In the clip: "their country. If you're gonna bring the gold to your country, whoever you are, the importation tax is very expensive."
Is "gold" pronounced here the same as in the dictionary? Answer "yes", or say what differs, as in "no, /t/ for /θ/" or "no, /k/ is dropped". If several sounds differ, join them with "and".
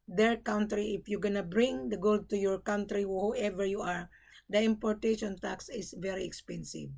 yes